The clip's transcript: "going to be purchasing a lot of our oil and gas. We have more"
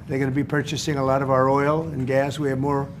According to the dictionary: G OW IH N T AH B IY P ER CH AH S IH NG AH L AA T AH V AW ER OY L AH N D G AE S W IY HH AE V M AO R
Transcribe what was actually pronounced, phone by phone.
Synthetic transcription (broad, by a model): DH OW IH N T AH B IY P ER CH AH S IH NG AH L AA T AH V AW ER OY L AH N G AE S W IY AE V M AO R